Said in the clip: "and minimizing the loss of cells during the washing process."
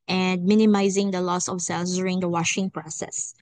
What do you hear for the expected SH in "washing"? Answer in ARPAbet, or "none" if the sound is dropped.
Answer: SH